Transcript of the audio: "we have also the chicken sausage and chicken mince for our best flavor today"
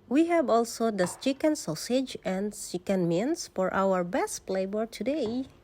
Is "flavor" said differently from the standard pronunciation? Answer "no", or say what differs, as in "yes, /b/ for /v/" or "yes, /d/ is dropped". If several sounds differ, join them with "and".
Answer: yes, /b/ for /v/